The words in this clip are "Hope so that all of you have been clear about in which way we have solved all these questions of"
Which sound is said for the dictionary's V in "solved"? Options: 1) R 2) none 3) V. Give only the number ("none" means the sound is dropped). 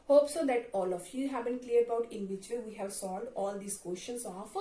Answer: 2